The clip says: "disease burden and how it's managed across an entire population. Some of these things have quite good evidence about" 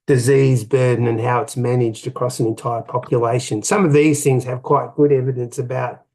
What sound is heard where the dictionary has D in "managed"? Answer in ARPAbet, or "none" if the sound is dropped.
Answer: D